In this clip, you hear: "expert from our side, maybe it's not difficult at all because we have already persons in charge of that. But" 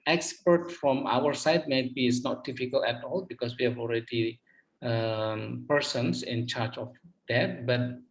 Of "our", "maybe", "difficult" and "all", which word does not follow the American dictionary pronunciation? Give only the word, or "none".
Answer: difficult